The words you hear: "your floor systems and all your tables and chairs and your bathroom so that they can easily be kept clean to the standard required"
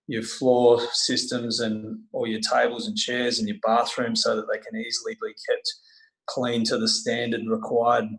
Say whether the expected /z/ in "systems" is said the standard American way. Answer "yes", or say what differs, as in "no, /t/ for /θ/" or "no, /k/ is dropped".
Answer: yes